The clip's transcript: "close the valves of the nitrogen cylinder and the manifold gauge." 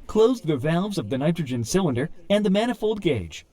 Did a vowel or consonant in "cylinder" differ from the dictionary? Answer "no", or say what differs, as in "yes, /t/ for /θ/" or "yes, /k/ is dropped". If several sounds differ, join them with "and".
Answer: no